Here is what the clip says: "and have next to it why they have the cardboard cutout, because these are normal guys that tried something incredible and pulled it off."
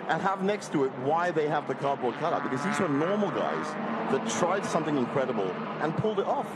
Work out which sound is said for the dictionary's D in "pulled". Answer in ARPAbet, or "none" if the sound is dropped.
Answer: D